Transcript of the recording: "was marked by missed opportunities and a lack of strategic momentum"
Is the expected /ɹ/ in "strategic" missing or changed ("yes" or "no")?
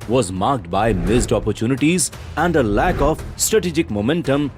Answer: no